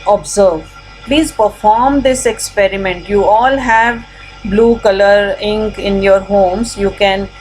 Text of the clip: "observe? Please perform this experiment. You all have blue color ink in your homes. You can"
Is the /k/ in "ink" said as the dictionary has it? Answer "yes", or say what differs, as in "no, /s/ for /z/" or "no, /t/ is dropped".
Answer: yes